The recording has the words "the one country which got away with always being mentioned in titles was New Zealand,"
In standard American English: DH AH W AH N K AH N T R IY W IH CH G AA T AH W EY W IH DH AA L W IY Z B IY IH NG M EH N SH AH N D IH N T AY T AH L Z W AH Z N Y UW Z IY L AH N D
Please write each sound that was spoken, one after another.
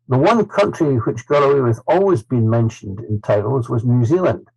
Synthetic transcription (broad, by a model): DH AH W AH N K AH N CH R IY W IH CH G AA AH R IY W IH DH AA L W IY Z B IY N M EH N SH AH N D IH N T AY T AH L Z W AH Z N Y UW Z IY L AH N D